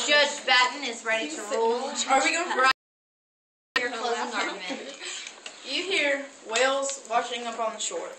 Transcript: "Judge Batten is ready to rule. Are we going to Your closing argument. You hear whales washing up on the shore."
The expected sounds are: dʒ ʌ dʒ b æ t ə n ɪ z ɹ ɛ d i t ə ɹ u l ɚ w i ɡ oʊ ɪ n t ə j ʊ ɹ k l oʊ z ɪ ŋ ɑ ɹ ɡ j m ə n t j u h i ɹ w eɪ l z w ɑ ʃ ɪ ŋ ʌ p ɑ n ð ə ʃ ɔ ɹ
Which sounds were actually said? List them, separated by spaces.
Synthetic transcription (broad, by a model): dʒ ʌ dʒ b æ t n ɪ z ɹ ɛ d i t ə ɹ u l ɚ w i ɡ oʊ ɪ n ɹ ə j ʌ ɹ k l oʊ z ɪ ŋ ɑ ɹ j ə h i ɹ w eɪ l z w ɑ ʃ ɪ ŋ ʌ p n ð ə ʃ ɔ ɹ